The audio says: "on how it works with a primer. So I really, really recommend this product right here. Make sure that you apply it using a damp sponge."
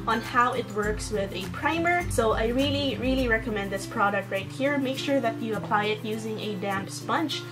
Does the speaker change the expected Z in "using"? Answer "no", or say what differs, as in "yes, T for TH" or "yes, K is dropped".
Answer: no